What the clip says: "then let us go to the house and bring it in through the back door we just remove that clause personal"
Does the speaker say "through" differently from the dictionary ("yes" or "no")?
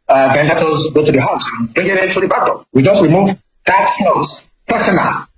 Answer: yes